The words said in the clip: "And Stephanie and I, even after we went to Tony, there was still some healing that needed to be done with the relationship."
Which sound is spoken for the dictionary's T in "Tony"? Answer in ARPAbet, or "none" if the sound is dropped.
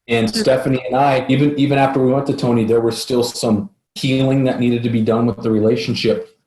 T